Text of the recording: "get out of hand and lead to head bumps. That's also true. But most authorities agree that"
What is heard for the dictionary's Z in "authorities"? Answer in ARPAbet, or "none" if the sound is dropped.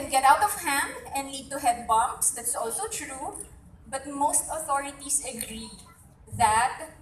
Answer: S